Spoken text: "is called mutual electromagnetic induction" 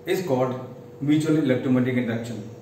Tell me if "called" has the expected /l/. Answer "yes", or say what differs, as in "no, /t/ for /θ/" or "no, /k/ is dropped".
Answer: no, /l/ is dropped